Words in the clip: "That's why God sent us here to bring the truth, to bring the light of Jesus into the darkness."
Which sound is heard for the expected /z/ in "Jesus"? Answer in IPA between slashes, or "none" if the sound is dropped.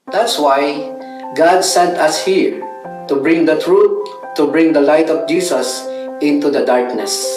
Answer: /s/